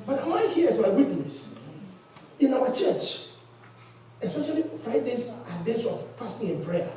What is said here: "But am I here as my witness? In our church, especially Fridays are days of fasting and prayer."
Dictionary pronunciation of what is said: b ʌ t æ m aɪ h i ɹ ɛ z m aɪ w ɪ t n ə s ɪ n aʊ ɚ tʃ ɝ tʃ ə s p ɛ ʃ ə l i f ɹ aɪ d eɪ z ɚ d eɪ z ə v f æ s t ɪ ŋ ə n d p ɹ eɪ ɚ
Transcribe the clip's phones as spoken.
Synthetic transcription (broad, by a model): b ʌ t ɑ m aɪ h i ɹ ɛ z m aɪ w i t n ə s ɪ n aʊ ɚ tʃ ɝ tʃ ə s p ɛ ʃ ə l i f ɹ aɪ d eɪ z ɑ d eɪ s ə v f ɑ s t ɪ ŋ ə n p ɹ eɪ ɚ